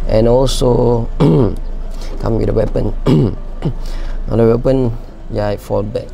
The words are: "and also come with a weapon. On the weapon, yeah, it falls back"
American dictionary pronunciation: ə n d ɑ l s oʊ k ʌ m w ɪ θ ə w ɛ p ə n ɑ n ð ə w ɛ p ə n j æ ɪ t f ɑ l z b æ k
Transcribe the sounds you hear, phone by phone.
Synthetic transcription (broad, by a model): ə n ɑ l s oʊ k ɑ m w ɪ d ə w ɛ p ə n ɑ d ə w ɛ p ə n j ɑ ɪ t f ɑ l b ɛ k